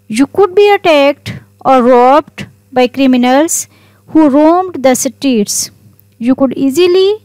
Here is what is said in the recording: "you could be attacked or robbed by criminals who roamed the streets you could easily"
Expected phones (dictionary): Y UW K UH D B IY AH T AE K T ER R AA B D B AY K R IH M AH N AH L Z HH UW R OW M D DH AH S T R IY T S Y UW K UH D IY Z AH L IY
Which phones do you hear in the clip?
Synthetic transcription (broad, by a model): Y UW K UH D B IY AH T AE K T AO R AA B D B AY K R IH M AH N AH L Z HH UW R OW M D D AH S T IY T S Y UW K UH D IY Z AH L IY